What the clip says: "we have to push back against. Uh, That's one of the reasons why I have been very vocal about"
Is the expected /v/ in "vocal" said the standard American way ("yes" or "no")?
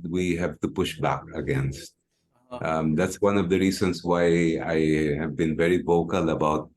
yes